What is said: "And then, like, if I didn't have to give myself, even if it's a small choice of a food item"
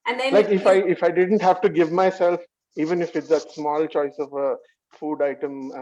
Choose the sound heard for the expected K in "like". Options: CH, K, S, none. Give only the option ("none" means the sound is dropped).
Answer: none